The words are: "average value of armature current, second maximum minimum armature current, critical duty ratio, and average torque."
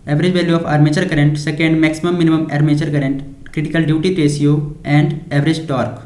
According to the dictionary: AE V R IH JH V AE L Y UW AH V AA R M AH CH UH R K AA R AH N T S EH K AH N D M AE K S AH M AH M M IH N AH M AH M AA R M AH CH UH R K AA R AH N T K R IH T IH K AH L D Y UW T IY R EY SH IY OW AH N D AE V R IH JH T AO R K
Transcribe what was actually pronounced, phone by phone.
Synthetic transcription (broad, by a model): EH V R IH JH V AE L Y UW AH F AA R M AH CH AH R K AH R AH N T S EH K AH N D M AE K S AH M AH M M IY N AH M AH M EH R M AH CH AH R K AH R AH N T K R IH T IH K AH L D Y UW T IY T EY S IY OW AH N D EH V R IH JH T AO R K